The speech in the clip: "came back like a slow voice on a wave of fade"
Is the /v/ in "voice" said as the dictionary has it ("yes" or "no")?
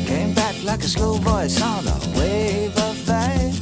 no